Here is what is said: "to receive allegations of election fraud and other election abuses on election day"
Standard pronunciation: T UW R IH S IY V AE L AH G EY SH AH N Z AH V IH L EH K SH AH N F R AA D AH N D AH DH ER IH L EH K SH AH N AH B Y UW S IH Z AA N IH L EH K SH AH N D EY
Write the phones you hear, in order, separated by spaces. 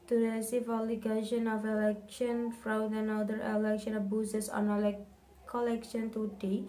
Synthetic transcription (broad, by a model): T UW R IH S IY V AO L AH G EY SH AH N AH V IH L EH K SH AH N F R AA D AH N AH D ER IH L EH K SH AH N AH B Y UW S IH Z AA N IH L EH K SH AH N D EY